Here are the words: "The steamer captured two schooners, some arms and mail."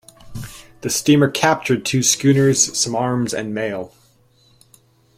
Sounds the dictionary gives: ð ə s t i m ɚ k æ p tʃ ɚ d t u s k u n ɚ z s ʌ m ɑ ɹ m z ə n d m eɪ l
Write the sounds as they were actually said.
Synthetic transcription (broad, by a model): ð ə s t i m ɚ k æ p tʃ ɚ d t u s k u n ɚ z s ʌ m ɑ ɹ m z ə n m eɪ l